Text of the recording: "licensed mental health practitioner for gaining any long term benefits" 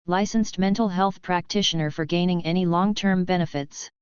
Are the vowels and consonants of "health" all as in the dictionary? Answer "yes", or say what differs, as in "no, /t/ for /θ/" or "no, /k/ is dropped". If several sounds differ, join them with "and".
yes